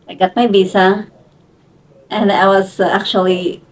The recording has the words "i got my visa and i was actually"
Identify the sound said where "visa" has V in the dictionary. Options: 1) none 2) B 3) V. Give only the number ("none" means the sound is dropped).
2